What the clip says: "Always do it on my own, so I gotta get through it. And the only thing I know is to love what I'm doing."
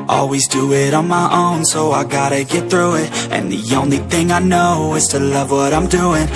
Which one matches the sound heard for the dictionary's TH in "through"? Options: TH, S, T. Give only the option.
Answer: TH